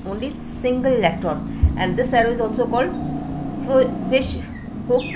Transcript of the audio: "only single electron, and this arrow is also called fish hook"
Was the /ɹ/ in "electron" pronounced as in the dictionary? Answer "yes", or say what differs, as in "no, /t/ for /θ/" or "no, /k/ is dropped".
no, /ɹ/ is dropped